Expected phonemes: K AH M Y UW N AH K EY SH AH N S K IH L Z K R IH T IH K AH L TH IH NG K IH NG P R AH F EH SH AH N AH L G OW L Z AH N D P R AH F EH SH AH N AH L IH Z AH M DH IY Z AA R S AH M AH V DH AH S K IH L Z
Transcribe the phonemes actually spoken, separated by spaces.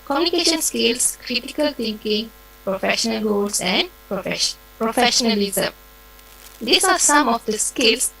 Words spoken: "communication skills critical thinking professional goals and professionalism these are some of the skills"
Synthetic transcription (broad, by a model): K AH M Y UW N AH K EY SH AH N S K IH L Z K R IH T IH K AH L T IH NG K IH NG P R AH F EH SH AH N AH L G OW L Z AH N D P R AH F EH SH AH N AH L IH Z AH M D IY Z AA R S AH M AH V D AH S K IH L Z